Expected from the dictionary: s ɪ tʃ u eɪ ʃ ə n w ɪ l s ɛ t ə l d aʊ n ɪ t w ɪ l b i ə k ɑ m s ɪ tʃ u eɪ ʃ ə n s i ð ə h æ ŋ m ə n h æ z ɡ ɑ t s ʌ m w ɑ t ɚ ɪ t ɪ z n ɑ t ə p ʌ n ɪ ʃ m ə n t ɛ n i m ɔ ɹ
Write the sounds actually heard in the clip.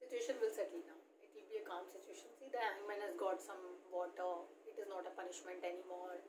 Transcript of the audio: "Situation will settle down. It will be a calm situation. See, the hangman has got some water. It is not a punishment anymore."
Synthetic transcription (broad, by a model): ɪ tʃ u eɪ ʃ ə n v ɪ l s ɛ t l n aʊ ɪ t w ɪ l b i ə k ɑ m s ɪ tʃ u eɪ ʃ ə n s i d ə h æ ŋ m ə n h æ z ɡ ɑ t s ʌ m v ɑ t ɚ ɪ t ɪ z n ɑ t ə p ʌ n ɪ ʃ m ə n t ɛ n i m ɔ ɹ